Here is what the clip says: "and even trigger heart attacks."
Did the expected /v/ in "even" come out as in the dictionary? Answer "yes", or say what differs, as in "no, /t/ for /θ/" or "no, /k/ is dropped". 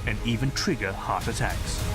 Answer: yes